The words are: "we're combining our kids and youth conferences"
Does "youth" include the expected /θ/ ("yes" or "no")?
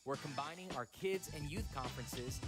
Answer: yes